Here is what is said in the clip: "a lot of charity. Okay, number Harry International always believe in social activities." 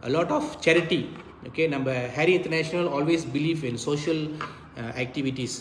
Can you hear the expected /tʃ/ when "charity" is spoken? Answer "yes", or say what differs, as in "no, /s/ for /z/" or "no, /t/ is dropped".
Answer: yes